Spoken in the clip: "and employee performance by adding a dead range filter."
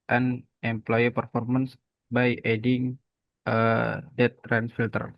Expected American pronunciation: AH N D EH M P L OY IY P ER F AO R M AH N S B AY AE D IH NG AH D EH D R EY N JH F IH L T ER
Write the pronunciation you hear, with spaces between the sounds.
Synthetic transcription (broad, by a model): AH N EH M P L OY IY P ER F AO R M AH N S B AY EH D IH NG AH D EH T R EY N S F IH L T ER